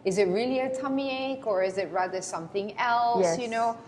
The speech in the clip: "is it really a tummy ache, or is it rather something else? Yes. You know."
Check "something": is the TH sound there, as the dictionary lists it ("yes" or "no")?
yes